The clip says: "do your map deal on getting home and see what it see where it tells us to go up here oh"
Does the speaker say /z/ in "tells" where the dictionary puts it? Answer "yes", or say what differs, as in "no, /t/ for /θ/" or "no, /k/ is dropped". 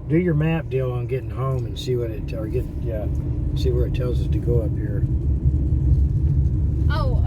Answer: yes